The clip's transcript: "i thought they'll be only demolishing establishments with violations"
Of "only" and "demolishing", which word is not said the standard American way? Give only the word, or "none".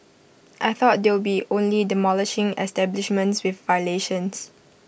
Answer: none